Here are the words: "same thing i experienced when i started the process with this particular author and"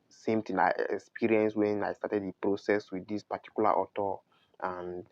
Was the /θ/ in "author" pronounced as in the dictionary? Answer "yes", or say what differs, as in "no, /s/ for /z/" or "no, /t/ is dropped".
no, /t/ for /θ/